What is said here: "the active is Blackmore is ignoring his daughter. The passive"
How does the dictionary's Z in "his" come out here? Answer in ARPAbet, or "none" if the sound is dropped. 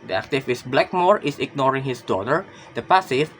S